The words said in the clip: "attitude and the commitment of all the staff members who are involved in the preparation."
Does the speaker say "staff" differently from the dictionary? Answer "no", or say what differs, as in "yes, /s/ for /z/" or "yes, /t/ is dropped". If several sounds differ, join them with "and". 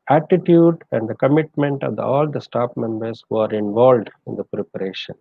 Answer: yes, /p/ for /f/